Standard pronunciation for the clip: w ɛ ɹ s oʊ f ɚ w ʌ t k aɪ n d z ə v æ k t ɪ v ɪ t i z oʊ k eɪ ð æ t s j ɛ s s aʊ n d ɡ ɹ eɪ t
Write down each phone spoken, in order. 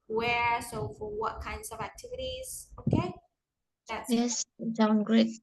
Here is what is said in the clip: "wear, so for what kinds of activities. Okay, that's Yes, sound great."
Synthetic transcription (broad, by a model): w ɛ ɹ s oʊ f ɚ w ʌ t k aɪ n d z ə v æ k t ɪ v ɪ t i z oʊ k eɪ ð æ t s j ɛ s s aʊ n ɡ ɹ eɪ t